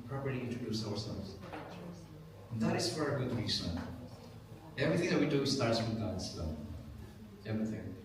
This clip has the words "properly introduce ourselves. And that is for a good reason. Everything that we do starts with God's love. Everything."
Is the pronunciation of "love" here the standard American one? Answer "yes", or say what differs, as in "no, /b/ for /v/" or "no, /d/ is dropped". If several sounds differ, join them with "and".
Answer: no, /v/ is dropped